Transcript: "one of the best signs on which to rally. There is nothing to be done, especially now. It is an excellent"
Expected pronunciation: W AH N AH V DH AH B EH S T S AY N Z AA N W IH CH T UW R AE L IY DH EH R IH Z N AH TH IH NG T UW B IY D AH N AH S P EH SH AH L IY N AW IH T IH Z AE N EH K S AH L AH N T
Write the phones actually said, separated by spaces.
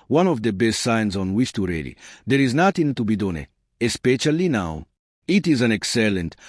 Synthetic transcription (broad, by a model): W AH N AH V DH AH B EH S T S AY N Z AA N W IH S T UW R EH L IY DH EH R IH Z N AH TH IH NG T UW B IY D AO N AH S P EH SH AH L IY N AW IH T IH Z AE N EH K S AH L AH N T